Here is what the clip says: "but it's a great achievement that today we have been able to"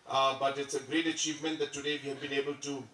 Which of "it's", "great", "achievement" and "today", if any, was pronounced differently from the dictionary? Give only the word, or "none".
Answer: none